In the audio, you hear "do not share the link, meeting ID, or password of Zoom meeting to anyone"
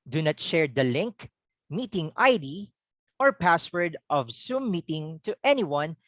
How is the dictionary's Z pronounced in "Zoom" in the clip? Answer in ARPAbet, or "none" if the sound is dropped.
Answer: S